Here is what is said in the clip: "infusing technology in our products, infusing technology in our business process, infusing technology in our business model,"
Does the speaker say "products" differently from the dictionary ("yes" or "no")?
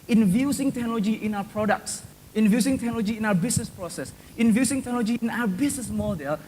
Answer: no